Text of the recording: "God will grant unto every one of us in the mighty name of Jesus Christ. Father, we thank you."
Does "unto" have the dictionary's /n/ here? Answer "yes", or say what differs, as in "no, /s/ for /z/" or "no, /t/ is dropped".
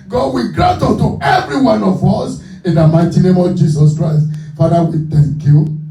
no, /n/ is dropped